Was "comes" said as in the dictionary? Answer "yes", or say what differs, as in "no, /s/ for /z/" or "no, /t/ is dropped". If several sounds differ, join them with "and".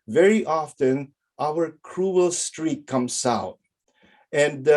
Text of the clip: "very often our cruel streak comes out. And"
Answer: no, /s/ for /z/